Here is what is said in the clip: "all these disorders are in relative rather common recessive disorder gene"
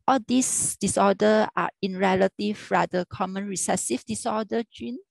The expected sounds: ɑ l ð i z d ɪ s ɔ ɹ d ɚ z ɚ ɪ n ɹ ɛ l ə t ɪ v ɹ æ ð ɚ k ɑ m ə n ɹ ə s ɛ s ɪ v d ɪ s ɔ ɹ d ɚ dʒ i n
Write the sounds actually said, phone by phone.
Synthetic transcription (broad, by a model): ɑ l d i s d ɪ s ɔ d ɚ ɑ ɪ n ɹ ɛ l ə t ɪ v ɹ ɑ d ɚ k ɑ m ə n ɹ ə s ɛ s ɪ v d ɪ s ɔ d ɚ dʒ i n